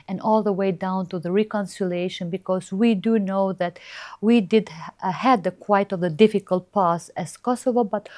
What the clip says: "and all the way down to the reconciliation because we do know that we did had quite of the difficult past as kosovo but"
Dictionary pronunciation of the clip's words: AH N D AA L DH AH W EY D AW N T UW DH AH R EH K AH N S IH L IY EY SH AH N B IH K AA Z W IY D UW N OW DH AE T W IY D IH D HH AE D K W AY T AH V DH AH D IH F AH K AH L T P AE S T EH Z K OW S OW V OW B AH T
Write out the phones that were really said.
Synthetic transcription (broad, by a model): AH N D AA L DH AH W EY D AW N T UW DH AH R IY K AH N S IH L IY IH SH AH N B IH K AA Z W IY D UW N OW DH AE T W IY D IH D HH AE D K W AY T AH V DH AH D IH F AH K AH L T P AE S EH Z K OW S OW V OW B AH T